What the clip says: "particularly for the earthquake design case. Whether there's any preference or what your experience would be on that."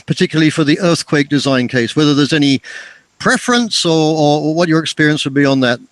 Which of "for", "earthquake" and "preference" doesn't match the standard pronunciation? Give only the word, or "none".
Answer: none